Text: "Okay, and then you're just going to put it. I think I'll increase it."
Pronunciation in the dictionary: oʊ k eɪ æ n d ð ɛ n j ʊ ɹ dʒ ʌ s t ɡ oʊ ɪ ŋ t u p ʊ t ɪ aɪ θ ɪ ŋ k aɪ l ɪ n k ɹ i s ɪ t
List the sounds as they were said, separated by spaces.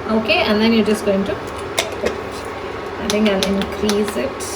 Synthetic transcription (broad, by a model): oʊ k eɪ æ n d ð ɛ n j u dʒ ʌ s t ɡ oʊ ɪ ŋ t u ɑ ɪ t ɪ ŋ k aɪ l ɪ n k ɹ i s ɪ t